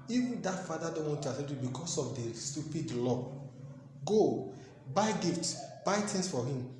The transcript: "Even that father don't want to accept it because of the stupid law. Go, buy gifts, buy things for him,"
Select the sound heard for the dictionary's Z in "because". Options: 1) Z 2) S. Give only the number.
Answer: 2